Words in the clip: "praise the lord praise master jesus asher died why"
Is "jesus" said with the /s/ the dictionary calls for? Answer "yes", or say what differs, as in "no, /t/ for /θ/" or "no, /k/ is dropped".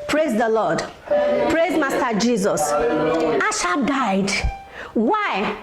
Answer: yes